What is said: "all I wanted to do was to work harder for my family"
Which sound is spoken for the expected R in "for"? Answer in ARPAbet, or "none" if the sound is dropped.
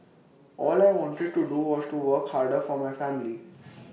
R